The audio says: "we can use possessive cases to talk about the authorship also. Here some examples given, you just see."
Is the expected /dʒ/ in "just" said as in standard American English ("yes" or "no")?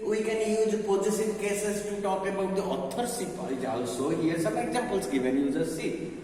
no